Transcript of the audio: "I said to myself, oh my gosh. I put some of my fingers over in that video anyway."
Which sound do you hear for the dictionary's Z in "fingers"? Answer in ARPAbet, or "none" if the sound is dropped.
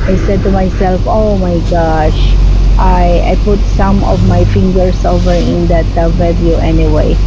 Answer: S